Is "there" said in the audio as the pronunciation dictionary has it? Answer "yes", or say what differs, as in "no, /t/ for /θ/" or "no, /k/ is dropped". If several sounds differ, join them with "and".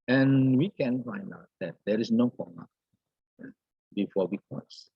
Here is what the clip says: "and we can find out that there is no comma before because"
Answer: yes